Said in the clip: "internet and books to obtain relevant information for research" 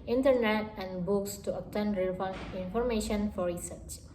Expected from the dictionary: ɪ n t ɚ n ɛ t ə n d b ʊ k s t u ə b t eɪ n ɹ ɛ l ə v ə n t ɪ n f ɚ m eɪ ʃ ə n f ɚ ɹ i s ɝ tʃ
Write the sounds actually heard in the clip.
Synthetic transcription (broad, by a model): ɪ n t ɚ n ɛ t ə n d b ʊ k s t u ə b t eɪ n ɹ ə ə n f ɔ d m eɪ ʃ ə n f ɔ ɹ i s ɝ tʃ